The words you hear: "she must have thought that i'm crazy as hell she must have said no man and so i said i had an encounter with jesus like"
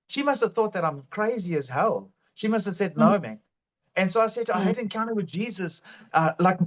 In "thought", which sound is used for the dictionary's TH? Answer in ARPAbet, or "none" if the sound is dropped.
TH